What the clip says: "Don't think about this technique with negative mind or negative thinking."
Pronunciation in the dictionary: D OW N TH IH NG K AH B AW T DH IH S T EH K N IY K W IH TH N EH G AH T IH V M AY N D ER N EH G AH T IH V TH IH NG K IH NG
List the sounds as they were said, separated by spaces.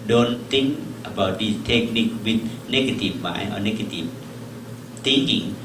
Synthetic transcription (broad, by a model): D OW N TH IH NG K AH B AW T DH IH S T EH K N IY K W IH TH N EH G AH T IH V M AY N ER N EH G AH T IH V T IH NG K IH NG